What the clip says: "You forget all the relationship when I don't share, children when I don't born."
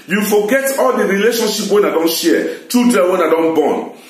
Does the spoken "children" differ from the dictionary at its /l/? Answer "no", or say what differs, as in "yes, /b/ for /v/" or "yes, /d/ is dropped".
yes, /l/ is dropped